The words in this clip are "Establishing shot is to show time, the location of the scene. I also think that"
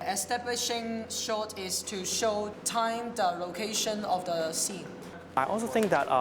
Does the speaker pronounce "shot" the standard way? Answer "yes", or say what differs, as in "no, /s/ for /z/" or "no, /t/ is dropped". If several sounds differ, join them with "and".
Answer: yes